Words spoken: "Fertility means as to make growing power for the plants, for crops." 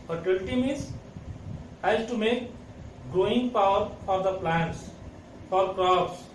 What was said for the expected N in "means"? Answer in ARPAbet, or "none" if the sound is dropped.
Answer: none